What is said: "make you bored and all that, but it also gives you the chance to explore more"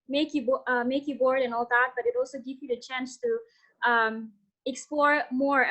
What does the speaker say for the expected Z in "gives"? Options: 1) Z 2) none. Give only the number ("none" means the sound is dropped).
2